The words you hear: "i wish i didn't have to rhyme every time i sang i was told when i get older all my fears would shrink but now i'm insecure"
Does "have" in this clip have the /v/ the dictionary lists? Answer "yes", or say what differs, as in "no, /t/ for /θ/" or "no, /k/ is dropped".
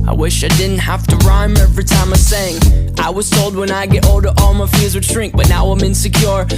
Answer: no, /f/ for /v/